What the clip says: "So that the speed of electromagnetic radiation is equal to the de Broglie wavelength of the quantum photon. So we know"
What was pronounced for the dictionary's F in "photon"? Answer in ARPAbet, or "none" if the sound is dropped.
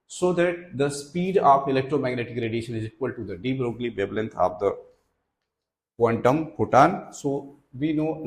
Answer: P